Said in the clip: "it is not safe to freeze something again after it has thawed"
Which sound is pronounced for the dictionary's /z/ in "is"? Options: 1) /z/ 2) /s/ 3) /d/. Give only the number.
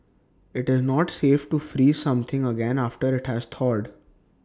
1